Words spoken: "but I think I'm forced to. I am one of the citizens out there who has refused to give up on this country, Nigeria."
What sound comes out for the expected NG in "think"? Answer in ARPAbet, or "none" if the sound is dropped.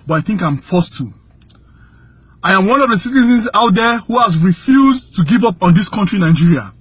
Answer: NG